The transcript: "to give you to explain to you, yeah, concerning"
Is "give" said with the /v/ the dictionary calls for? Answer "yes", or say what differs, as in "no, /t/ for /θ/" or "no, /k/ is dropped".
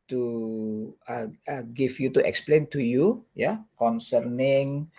no, /f/ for /v/